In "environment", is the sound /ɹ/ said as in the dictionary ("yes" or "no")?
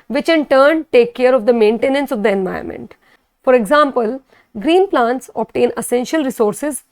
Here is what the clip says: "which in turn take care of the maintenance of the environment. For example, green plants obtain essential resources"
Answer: no